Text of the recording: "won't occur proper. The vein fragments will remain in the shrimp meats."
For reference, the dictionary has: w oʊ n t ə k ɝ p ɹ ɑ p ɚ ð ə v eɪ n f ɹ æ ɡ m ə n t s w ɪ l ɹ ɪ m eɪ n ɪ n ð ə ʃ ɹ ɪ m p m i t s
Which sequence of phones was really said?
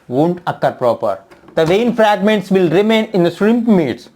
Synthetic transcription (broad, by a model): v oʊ n t ə k ɝ p ɹ ɑ p ɚ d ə v eɪ n f ɹ æ ɡ m ə n t s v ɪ l ɹ ɪ m eɪ n ɪ n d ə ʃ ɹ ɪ m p m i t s